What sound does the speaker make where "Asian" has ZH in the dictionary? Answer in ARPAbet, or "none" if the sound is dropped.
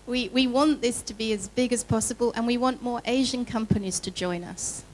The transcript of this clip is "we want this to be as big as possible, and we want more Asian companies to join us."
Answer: ZH